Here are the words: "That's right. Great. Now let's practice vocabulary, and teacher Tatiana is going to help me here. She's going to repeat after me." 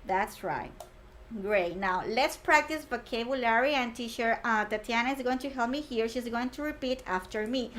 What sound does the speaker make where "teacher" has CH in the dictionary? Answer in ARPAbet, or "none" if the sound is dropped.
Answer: SH